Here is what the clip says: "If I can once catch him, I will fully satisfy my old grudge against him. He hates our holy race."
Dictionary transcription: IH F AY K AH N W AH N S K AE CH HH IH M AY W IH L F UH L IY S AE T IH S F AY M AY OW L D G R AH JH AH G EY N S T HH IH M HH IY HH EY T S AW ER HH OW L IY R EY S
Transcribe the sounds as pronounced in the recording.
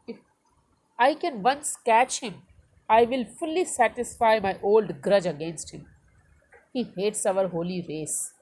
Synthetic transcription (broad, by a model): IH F AY K AH N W AH N S K AE CH HH IH M AY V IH L F UH L IY S AE T IH S F AY M AY OW L D G R AH JH AH G EY N S T HH IH M HH IY HH EY T S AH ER HH OW L IY R EY S